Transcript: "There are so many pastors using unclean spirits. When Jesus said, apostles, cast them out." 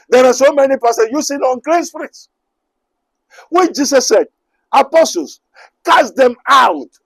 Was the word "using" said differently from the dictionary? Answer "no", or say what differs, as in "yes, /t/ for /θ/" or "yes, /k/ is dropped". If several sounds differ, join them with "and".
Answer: yes, /s/ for /z/